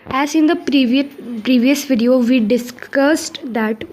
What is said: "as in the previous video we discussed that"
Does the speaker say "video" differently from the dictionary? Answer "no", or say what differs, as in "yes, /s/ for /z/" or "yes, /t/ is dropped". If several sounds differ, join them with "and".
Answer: no